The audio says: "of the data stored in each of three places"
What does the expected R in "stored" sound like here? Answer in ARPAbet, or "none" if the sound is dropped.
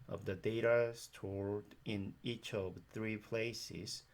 R